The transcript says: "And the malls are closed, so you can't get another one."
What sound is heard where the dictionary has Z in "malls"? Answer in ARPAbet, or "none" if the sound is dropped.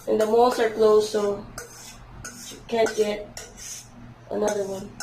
S